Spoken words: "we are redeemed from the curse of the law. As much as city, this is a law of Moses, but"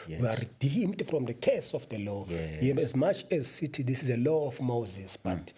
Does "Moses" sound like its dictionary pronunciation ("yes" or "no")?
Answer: yes